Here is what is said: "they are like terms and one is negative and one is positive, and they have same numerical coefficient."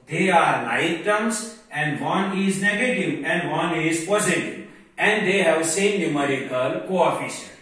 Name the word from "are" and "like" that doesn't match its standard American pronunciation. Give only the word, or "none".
like